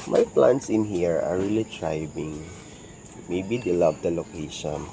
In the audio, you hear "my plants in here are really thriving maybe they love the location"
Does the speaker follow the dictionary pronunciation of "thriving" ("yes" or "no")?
no